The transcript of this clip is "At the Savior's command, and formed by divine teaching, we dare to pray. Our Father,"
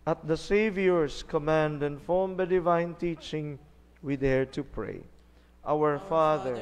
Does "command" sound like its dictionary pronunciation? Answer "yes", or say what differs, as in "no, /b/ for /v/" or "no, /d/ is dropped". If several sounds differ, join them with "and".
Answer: yes